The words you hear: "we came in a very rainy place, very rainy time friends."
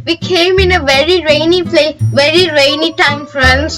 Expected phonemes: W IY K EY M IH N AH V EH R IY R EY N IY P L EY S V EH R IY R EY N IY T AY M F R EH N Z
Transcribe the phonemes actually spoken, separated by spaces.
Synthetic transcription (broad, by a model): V IY K EY M IH N AH V EH R IY R EY N IY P L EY V EH R IY R EY N IY T AY M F R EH N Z